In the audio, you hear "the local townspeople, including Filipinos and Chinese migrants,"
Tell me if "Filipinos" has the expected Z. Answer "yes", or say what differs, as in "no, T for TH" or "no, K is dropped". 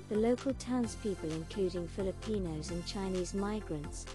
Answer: yes